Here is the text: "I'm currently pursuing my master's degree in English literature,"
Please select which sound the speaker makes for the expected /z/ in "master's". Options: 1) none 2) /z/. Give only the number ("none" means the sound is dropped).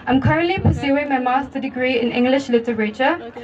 1